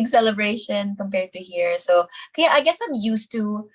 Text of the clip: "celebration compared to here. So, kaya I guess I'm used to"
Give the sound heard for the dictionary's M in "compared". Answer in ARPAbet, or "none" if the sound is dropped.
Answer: M